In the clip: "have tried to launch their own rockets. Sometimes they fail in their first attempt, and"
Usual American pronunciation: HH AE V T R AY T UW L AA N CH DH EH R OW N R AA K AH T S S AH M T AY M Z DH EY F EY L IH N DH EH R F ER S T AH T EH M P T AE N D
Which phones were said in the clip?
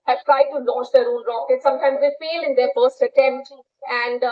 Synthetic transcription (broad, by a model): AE T R AY T UW L AA N CH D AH R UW L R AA K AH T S S AH M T AY M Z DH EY F EY L IH N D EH R F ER S T AH T EH M P T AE N D